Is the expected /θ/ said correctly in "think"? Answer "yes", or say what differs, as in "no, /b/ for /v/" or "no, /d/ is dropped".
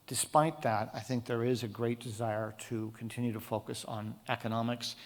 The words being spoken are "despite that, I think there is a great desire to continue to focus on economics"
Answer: yes